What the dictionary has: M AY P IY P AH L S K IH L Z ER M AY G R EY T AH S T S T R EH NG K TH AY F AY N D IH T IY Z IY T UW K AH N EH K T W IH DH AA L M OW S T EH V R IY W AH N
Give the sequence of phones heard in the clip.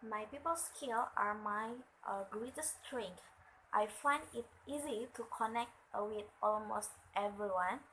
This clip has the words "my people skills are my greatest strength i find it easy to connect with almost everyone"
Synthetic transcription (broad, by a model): M AY P IY P AH L S K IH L AA M AY G R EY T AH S S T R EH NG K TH AY F AY N D IH T IY Z IY T UW K AH N EH K T W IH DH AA L M OW S T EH V R IY W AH N